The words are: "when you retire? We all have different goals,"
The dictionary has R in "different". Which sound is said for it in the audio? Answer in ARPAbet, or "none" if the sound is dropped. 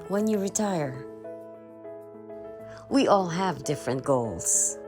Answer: R